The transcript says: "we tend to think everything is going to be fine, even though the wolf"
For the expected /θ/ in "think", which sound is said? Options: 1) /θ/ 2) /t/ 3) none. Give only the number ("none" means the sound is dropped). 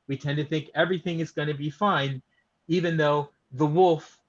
1